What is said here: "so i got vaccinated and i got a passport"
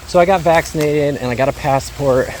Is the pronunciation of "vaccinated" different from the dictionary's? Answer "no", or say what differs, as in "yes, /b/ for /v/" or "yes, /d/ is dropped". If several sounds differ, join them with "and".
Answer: no